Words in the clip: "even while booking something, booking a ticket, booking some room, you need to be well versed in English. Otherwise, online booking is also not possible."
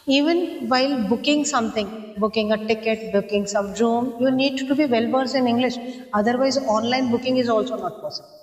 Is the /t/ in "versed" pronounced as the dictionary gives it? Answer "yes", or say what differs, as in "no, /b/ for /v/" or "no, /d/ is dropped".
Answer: no, /t/ is dropped